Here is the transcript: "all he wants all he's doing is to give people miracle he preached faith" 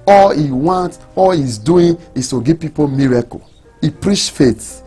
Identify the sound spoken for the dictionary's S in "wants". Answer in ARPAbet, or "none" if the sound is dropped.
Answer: none